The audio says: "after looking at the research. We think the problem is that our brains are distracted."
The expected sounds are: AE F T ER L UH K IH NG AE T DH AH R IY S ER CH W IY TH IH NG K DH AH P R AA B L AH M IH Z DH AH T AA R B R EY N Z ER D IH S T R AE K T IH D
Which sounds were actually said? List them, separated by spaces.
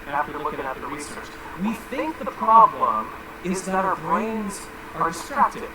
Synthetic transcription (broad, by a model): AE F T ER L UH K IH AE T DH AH R IY S ER CH W IY TH IH NG K DH AH P R AA B L AH M IH Z DH AH T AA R B R EY N Z ER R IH S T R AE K T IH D